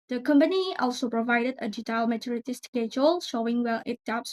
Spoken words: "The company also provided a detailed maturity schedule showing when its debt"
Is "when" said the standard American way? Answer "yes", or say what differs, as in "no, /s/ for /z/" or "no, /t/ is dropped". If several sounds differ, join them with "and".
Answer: no, /l/ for /n/